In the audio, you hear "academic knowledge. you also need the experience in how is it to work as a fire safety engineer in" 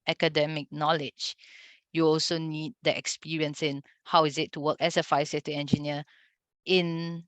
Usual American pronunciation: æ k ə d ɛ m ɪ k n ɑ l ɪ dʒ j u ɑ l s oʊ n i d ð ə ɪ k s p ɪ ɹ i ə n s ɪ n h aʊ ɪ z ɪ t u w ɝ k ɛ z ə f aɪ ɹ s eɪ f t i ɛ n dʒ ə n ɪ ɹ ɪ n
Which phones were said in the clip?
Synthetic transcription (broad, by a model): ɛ k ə d ɛ m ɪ k n ɑ l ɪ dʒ j u ɑ l s oʊ n i d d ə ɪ k s p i ɹ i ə n s ɪ n h aʊ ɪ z ɪ t u w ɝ k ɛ s ə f aɪ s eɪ t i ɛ n dʒ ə n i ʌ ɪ n